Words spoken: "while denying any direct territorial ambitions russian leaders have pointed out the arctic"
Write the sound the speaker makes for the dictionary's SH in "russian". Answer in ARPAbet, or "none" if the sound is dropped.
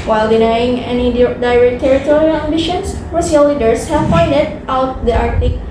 S